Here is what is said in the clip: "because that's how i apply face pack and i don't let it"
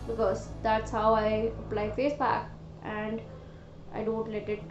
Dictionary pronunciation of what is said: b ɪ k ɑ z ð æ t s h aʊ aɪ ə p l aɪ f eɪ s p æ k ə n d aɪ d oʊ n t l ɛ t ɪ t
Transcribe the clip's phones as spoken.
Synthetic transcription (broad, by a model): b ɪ k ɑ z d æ t s h aʊ aɪ ə p l aɪ f eɪ s b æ k ə n d aɪ d oʊ n t l ɛ t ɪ t